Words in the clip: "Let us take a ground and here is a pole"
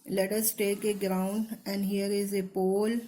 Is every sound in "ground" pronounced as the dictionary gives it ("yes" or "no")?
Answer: yes